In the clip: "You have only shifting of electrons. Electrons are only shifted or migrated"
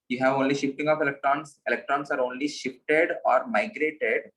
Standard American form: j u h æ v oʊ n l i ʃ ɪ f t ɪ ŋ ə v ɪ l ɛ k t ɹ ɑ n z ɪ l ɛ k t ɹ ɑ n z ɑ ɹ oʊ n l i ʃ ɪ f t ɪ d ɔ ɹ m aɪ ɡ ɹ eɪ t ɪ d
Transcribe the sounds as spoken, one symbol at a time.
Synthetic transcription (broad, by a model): j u h æ v oʊ n l i ʃ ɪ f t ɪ ŋ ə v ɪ l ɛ k t ɹ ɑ n s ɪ l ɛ k t ɹ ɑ n s ɑ ɹ oʊ n l i ʃ ɪ f t ɪ d ɔ ɹ m aɪ ɡ ɹ eɪ t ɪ d